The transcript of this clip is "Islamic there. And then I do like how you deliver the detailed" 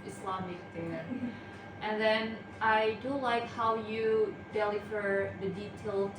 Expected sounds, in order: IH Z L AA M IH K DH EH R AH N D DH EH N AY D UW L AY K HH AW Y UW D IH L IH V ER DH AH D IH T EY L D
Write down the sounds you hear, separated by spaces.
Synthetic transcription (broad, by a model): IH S L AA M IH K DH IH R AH N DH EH N AY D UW L AY K HH AW Y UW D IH L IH F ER DH AH D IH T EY L